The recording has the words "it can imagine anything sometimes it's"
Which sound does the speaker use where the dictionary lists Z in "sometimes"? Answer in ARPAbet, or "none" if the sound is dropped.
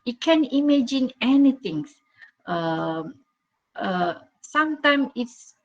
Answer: none